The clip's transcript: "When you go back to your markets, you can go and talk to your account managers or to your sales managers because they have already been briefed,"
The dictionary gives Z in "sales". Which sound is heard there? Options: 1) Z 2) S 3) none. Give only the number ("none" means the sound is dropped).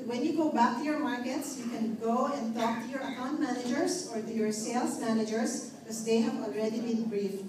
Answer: 2